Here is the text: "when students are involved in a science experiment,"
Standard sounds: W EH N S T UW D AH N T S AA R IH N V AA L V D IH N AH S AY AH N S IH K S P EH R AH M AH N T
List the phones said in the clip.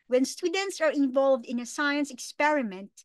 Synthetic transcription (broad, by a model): W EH N S T UW D AH N T S AA R IH N V AA L V D IH N AH S AY AH N S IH K S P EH R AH M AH N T